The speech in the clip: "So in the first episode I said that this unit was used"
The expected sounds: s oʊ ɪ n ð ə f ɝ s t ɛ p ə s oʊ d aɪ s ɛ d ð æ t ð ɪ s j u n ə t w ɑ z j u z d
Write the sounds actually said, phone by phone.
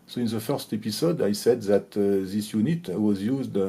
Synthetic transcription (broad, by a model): s oʊ ɪ n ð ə f ɝ s t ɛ p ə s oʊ d aɪ s ɛ d ð æ t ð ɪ s j u n ə t w ɑ z j u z d